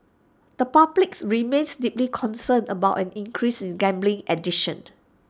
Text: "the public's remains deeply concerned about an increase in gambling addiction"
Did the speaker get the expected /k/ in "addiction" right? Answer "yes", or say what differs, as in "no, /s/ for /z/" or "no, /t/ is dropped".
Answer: no, /k/ is dropped